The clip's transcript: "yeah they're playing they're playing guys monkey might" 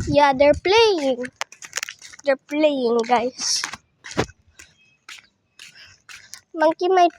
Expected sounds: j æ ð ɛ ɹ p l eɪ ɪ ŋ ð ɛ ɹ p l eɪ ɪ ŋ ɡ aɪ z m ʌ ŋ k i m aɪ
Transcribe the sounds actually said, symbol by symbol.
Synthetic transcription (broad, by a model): j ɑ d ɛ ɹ p l eɪ ɪ ŋ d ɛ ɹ p l eɪ ɪ ŋ ɡ aɪ s m ʌ ŋ k i m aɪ